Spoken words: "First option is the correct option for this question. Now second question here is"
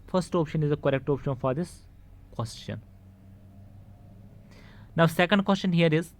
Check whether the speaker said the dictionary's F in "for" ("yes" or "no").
yes